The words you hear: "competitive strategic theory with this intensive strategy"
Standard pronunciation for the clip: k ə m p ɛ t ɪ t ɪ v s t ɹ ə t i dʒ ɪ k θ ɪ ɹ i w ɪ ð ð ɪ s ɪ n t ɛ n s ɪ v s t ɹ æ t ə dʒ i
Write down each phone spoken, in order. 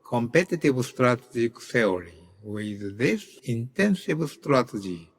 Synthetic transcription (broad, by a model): k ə m p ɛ t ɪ t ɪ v s t ɹ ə t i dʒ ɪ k s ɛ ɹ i w ɪ ð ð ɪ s ɪ n t ɛ n s ɪ v s t ɹ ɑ t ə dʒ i